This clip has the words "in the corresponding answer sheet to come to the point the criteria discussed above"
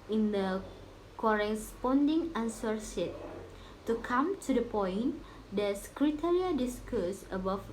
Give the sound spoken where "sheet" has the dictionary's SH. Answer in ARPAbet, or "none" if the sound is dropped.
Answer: S